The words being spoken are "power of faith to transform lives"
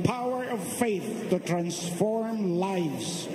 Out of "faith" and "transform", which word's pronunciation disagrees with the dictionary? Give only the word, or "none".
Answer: none